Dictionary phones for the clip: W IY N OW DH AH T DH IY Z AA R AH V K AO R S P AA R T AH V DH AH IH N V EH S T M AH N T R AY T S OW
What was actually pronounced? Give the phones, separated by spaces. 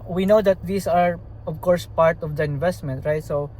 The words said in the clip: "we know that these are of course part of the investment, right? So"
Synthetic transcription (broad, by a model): W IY N OW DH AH T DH IY S AA R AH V K AO R S P AA R T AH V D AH IH N V EH S T M AH N T R AY T S OW